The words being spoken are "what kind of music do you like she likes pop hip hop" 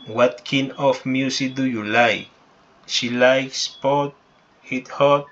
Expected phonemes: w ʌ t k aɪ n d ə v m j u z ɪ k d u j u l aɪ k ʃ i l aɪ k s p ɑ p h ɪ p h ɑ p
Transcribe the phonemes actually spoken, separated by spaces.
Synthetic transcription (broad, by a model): w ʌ t k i n ə f m j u s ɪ k d u j u l aɪ k ʃ i l aɪ k s p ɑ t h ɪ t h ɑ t